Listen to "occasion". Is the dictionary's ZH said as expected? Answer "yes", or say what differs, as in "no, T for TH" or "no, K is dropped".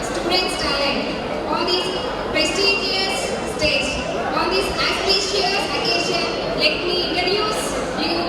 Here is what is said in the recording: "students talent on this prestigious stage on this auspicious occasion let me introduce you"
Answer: no, SH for ZH